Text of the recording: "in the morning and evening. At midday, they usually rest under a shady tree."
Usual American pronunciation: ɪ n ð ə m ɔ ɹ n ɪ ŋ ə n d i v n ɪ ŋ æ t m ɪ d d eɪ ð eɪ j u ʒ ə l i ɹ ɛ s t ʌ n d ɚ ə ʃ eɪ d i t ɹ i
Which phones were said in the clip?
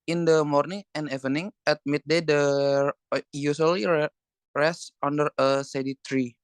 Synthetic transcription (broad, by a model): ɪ n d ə m ɔ ɹ n ɪ ŋ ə n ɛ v n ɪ ŋ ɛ t m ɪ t d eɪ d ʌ j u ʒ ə l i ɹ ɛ s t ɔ n d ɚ ə s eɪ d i t ɹ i